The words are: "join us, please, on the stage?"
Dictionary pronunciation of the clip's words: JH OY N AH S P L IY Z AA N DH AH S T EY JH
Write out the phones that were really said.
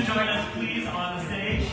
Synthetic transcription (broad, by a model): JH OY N AH S P L IY Z N DH AH S T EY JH